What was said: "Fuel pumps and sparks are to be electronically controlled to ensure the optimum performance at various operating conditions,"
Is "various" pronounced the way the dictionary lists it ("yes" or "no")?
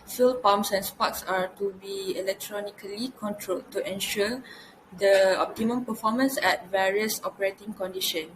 yes